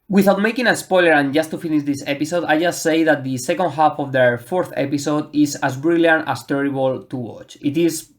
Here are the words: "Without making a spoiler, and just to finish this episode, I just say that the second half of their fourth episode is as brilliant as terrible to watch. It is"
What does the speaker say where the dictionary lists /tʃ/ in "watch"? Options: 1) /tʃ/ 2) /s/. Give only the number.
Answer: 1